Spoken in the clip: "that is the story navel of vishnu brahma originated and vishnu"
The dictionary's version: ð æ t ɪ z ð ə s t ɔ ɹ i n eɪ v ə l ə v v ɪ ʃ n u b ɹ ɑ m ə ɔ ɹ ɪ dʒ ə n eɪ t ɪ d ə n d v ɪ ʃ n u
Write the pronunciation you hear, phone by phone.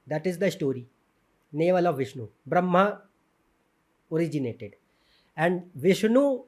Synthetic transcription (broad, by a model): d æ t ɪ z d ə s t ɔ ɹ i n eɪ v ə l ə v v ɪ ʃ n u b ɹ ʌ m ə ɔ ɹ ɪ dʒ ə n eɪ t ɪ d ə n d v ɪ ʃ n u